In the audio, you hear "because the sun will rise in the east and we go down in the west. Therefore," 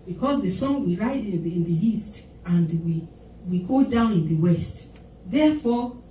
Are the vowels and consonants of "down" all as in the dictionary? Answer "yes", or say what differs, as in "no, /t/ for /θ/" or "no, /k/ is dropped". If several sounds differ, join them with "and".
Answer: yes